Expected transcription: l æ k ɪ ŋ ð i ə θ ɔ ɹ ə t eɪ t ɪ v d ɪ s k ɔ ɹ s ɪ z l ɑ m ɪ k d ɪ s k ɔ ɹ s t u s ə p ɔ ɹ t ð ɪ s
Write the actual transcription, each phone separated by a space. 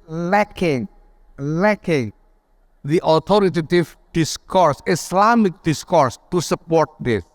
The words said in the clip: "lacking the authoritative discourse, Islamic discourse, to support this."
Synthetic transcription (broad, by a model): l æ k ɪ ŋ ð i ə t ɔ ɹ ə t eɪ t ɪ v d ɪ s k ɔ ɹ s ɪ s l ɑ m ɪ k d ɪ s k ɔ ɹ s t u s ə p ɔ ɹ t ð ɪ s